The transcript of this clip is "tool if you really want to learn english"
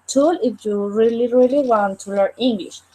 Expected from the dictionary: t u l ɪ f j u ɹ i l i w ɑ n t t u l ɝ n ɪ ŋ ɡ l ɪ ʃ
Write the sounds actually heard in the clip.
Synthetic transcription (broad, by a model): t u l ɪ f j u ɹ i l i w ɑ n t t u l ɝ ɪ ŋ ɡ l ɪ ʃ